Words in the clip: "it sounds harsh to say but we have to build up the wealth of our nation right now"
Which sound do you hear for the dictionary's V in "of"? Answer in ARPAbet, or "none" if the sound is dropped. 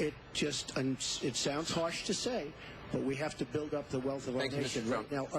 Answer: V